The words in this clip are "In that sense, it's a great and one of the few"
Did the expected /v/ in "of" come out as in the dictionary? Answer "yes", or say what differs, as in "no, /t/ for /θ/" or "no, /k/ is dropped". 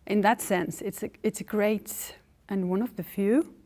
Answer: yes